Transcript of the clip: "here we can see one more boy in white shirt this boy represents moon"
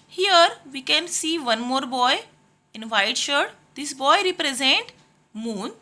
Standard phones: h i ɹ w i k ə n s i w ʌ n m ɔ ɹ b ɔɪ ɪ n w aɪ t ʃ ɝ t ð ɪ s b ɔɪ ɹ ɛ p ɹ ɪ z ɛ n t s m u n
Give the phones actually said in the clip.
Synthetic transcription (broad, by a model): h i ɹ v i k ə n s i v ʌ n m ɔ ɹ b ɔɪ ɪ n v aɪ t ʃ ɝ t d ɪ s b ɔɪ ɹ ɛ p ɹ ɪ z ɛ n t m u n